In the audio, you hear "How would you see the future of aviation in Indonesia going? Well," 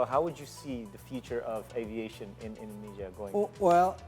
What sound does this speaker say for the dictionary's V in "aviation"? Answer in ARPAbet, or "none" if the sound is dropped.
V